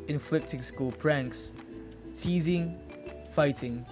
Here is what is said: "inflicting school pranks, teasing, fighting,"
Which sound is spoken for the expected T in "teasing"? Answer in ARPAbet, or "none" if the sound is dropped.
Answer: T